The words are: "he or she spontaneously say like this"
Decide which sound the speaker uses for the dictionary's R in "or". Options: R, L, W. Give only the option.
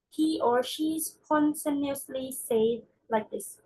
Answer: R